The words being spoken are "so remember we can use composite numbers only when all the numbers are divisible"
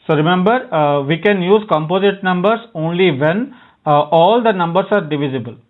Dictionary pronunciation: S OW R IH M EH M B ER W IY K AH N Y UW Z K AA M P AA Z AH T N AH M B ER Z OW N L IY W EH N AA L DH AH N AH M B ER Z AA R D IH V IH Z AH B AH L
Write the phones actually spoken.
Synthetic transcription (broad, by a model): S OW R IH M EH M B ER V IY K AH N Y UW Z K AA M P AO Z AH T N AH M B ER S OW N L IY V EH N AA L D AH N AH M B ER S AA R D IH V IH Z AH B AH L